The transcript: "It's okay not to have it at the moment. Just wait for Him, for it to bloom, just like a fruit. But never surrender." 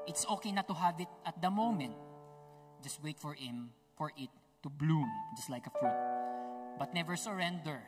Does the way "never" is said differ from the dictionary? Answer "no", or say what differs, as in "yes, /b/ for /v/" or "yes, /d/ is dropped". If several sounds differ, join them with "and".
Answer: no